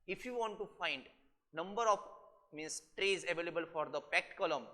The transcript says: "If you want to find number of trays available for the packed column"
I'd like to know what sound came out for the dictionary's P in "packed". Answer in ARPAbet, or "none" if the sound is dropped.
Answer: P